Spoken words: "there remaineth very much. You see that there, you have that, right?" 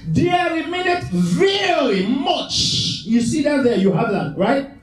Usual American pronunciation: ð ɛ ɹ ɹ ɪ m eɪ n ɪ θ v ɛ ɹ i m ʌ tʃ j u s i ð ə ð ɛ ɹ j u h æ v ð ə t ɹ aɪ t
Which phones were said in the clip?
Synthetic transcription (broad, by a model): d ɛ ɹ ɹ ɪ m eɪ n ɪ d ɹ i l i m ʌ tʃ j u s i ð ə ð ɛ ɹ j u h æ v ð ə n ɹ aɪ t